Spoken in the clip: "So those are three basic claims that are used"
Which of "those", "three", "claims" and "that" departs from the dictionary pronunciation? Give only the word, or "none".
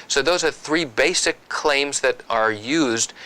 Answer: none